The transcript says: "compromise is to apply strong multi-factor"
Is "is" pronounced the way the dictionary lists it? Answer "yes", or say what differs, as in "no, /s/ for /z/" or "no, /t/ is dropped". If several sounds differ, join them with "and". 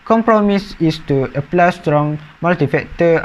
no, /s/ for /z/